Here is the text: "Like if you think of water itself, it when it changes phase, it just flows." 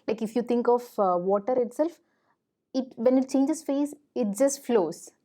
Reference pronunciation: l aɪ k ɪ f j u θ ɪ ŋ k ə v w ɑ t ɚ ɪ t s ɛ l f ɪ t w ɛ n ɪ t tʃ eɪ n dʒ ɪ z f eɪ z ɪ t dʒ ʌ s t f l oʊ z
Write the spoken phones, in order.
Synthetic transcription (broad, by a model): l aɪ k ɪ f j u t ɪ ŋ k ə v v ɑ t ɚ ɪ t s ɛ l f ɪ t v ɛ n ɪ t tʃ eɪ n dʒ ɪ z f eɪ s ɪ t dʒ ʌ s t f l oʊ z